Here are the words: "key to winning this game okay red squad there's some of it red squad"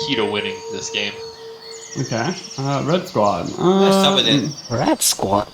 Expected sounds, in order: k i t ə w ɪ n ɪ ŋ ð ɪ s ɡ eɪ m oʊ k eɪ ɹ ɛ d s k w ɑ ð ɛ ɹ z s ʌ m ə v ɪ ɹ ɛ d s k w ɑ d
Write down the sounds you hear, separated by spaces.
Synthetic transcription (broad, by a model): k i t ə w ɪ n ɪ ŋ ð ɪ s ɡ eɪ m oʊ k eɪ ɹ ɛ d s k w ɑ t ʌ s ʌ ə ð ɪ ɹ ɛ d s k w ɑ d